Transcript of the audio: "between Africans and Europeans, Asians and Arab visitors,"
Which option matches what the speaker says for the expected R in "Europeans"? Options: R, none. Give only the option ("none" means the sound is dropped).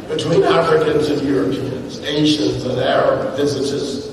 R